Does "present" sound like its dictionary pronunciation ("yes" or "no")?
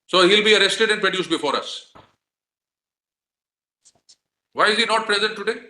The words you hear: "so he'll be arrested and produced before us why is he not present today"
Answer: yes